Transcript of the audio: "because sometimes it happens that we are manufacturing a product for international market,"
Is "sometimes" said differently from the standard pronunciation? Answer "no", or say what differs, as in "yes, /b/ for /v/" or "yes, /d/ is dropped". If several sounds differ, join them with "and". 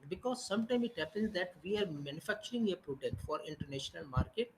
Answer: yes, /z/ is dropped